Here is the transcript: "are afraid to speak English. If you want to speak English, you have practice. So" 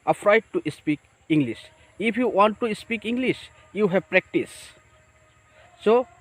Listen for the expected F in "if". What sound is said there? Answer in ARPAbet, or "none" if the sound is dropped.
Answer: P